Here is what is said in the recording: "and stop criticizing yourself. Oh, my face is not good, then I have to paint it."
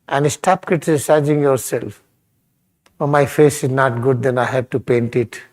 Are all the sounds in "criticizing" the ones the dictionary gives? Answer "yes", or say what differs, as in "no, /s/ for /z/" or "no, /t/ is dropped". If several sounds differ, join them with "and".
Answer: no, /ɹ/ is dropped